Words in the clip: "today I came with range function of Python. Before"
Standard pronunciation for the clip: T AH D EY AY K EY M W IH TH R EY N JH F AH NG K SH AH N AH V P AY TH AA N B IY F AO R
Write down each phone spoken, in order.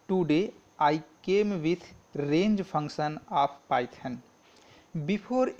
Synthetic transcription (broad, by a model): T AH D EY AY K EY M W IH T R EY N JH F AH NG K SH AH N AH P P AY T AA N B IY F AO R